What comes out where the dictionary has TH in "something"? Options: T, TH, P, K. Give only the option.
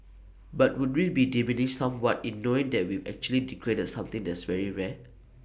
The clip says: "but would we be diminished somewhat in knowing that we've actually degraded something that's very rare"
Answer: T